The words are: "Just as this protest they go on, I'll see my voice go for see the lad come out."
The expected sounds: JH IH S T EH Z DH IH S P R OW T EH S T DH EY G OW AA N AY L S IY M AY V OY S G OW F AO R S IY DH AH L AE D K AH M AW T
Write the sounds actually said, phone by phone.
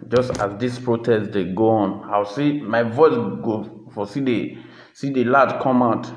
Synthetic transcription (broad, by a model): JH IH S T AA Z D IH S P R OW T EH S T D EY G OW AA N AY W S IY M AY V OY S G OW F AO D S IY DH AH L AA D K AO M AW T